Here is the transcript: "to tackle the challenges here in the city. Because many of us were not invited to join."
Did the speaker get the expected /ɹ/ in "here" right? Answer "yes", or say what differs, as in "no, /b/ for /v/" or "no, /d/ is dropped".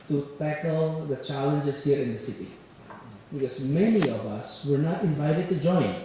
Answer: yes